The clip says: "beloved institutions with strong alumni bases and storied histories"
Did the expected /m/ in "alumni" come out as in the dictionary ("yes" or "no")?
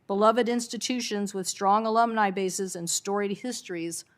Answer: yes